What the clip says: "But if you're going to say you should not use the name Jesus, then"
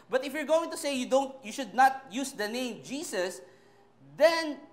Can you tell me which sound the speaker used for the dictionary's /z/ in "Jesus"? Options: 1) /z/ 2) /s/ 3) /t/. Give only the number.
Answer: 2